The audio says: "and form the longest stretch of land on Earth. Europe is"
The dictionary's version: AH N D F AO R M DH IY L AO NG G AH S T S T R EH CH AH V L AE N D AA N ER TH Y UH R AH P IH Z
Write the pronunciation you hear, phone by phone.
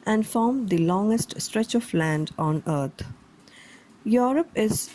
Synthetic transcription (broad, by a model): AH N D F AO R M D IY L AO NG G AH S T S T R EH CH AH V L AE N D AA N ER T Y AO R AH P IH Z